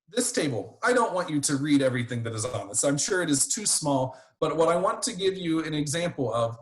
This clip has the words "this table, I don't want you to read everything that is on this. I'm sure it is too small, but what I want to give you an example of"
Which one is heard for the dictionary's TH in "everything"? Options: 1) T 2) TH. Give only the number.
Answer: 2